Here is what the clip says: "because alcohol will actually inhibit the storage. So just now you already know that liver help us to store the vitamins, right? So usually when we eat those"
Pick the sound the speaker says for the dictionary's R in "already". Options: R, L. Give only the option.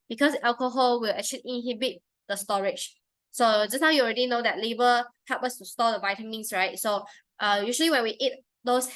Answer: R